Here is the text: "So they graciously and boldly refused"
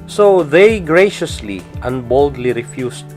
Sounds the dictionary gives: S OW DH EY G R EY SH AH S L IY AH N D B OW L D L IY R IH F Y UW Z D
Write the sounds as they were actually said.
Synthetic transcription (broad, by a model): S OW DH EY G R EY SH AH S L IY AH N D B OW L D L IY R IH F Y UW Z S